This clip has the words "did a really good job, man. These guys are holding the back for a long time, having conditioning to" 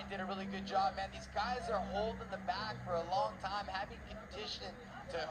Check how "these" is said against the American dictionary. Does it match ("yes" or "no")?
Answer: yes